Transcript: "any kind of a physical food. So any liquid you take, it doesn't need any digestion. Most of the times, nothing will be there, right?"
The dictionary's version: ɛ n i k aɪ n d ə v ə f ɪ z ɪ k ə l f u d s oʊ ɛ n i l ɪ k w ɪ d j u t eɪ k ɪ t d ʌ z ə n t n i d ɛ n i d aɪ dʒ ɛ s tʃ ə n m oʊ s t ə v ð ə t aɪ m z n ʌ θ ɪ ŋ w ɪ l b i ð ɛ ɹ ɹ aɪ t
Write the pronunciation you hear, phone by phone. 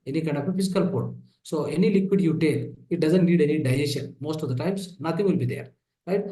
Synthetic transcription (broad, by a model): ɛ n i k aɪ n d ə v ə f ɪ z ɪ k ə l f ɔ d s oʊ ɛ n i l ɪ k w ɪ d j u t eɪ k ɪ t d ʌ z ə n t n i d ɛ n i d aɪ ɛ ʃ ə n m oʊ s t ə v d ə t aɪ m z n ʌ t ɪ ŋ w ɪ l b i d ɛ ɹ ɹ aɪ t